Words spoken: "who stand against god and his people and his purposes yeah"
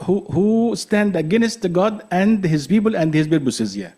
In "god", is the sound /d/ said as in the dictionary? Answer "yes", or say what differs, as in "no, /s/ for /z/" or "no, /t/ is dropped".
yes